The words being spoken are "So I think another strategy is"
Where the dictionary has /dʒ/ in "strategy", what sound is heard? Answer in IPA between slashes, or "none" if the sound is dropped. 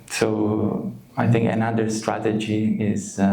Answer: /dʒ/